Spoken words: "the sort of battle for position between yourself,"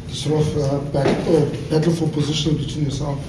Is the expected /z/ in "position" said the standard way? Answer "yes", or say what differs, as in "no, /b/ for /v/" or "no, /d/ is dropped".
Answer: yes